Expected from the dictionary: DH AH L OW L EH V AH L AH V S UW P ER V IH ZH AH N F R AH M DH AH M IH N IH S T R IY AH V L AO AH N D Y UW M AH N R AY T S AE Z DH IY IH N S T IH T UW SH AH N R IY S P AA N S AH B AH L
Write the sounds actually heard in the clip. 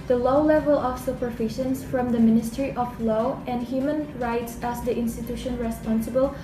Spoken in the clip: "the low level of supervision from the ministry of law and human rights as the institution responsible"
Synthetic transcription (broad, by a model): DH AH L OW L EH V AH L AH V S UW P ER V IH SH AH N F R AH M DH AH M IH N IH S T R IY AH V L AO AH N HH Y UW M AH N R AY T S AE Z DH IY IH N S T IH T UW SH AH N R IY S P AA N S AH B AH L